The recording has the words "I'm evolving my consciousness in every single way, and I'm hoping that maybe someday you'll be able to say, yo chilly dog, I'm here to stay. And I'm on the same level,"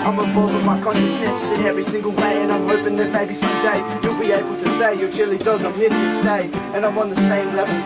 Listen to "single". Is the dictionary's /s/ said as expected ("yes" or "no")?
yes